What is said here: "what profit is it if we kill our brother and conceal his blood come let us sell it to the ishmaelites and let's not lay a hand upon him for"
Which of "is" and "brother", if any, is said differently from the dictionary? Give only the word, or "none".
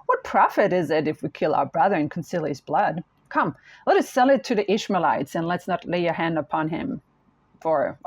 none